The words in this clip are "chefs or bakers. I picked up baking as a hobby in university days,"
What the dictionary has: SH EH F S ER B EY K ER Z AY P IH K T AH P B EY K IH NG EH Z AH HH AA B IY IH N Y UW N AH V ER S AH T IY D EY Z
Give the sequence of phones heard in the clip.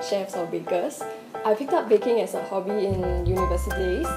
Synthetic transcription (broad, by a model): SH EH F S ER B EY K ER S AY F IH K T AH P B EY K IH NG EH S AH HH AA B IY IH N Y UW N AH V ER S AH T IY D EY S